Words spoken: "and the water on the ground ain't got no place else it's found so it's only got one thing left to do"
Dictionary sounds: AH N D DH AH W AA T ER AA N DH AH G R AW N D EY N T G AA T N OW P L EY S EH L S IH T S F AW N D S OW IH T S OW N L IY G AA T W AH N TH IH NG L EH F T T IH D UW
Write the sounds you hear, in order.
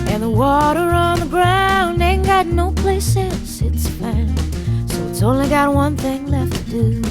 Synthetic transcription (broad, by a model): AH N DH AH W AA T ER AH N DH AH G R AW N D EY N G AA T N OW P L EY S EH N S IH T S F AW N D S OW IH T S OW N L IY G AA T W AH N TH IH NG L EH F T T IH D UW